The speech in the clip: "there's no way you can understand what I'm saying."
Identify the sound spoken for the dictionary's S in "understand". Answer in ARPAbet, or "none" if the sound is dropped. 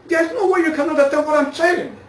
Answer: none